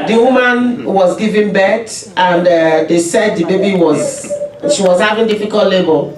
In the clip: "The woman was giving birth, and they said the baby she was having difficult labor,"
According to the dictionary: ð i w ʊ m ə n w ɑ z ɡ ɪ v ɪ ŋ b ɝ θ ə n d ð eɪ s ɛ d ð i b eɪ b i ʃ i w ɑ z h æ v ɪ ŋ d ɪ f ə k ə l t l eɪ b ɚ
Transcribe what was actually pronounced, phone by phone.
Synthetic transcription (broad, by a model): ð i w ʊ m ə n w ɑ z ɡ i v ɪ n b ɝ t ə n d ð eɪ s ɛ d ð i b eɪ b i ʃ i w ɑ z h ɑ v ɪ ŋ d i f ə k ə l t l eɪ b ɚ